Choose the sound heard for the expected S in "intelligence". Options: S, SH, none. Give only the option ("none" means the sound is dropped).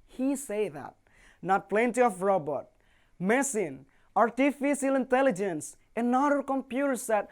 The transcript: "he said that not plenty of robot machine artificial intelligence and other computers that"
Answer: S